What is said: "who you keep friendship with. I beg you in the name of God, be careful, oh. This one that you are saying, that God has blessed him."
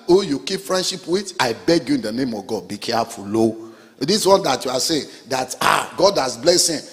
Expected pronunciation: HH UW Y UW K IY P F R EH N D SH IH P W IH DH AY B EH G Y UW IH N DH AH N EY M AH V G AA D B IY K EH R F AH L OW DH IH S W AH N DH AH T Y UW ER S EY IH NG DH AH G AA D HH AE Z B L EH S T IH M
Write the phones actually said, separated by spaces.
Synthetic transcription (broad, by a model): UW Y UW K IY P F R EH N D SH IH P W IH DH AY B EH G Y UW IH N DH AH N EY M AH V G AA D B IY K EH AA F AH L OW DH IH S W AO N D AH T Y UW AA S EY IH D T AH G AA D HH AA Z B L EH S IH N